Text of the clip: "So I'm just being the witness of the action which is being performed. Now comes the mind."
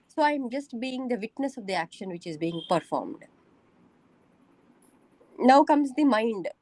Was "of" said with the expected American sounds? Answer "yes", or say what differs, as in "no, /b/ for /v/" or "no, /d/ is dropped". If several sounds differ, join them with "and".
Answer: yes